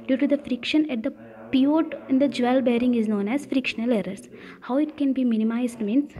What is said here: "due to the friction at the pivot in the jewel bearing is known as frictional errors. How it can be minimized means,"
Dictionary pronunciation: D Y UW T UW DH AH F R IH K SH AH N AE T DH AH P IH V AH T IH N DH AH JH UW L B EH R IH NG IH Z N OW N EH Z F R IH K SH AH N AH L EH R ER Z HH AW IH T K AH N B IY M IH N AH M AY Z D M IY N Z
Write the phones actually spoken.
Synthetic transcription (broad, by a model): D Y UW T UW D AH F R IH K SH AH N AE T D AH P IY AH T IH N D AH JH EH L B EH R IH NG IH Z N OW N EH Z F R IH K SH AH N AH L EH R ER S HH AW IH T K AH N B IY M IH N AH M AY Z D M IY N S